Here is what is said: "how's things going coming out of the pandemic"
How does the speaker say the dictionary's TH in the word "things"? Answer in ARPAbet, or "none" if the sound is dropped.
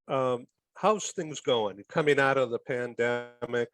TH